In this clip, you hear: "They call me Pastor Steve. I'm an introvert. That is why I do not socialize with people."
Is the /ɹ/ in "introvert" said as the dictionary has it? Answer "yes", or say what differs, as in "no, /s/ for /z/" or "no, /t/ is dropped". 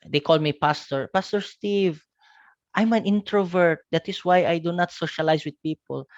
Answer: yes